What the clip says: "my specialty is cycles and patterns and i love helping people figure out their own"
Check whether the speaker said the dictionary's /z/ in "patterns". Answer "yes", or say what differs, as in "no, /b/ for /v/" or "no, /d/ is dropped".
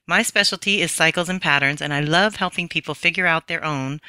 yes